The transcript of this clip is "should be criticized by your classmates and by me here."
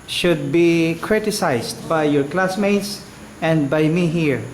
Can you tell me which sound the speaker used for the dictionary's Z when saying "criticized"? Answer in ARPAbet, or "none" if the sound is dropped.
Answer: S